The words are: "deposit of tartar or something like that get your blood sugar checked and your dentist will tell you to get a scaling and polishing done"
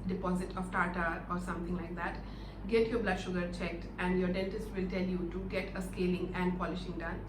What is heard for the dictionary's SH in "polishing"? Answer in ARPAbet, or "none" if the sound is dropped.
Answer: SH